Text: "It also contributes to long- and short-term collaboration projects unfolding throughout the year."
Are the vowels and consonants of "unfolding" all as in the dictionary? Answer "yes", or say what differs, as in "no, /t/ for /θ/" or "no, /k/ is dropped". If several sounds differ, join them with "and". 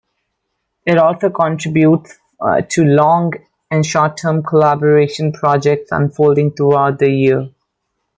yes